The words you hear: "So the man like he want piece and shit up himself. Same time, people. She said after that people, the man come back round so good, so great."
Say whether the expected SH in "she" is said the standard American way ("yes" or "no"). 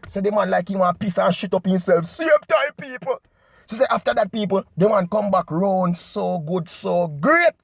no